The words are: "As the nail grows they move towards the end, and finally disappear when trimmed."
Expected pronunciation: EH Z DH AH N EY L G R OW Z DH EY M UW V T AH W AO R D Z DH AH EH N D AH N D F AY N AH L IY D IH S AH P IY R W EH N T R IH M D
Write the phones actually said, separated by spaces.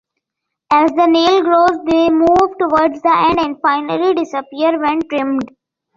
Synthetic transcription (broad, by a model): EH Z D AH N EY L G R OW Z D EY M UW V T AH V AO R D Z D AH EH N D AH N D F AY N AH L IY D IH S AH P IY R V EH N T R IH M D